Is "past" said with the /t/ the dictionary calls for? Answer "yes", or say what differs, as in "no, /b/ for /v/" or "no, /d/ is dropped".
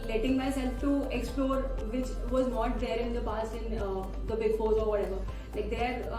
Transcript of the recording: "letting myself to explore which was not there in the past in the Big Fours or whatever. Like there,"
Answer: no, /t/ is dropped